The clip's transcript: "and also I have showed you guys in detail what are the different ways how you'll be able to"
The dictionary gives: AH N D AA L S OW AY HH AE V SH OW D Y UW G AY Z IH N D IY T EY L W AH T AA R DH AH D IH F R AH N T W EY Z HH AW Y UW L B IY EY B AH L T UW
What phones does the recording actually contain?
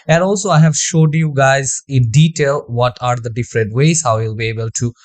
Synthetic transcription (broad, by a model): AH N D AA L S OW AY HH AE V SH OW D Y UW G AY Z IH N D IY T EY L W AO T AA R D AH D IH F R AH N T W EY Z HH AW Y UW L B IY EY B AH L T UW